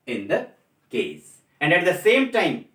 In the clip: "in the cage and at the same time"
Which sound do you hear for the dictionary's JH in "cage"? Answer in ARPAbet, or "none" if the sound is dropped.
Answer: Z